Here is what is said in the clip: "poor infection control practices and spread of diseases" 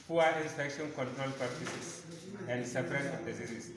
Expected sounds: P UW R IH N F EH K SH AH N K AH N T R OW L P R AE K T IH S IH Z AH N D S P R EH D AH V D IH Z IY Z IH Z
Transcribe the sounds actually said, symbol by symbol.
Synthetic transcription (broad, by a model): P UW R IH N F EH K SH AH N K AH N T R OW L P AA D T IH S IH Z AH N D S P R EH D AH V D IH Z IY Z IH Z